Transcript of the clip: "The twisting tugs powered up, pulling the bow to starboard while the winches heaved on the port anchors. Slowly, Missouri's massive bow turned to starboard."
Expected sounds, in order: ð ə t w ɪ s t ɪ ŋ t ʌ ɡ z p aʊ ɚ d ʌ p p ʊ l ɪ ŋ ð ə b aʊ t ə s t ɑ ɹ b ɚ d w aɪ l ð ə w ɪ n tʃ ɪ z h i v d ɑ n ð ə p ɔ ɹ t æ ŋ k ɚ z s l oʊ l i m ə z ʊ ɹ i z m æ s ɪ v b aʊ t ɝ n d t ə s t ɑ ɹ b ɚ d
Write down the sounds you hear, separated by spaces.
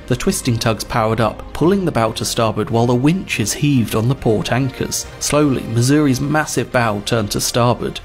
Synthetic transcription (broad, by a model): ð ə t w ɪ s t ɪ ŋ t ʌ ɡ z p aʊ ɚ d ʌ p p ʊ l ɪ ŋ ð ə b aʊ t ə s t ɑ ɹ b ɚ d w aɪ l ð ə w ɪ n tʃ ɪ z h i v d n ð ə p ɔ ɹ t æ ŋ k ɚ z s l oʊ l i m ə z ʊ ɹ i z m æ s ɪ v b aʊ t ɝ n t ə s t ɑ ɹ b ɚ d